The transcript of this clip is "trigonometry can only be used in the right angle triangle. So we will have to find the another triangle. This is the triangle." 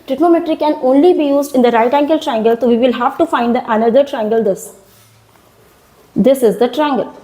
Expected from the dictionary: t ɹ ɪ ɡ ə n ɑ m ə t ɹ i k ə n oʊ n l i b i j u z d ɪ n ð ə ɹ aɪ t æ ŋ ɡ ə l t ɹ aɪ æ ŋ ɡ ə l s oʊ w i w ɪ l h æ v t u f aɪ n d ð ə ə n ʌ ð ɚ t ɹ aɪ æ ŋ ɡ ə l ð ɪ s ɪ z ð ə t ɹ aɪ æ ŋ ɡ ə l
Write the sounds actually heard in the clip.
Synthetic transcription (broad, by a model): t ɹ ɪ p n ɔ m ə t ɹ i k ə n oʊ n l i b i j u z d ɪ n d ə ɹ aɪ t æ ŋ ɡ ə l t ɹ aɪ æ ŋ ɡ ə l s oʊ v i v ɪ l h æ v t u f aɪ n d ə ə n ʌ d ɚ t ɹ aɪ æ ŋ ɡ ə l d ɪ s ɪ z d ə t ɹ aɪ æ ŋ ɡ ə l